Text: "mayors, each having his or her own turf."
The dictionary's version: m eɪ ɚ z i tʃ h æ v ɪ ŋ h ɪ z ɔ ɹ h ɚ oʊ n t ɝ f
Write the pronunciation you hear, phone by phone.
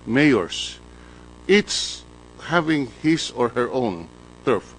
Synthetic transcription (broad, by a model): m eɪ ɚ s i s h æ v ɪ ŋ h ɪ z ɔ ɹ h ɚ oʊ n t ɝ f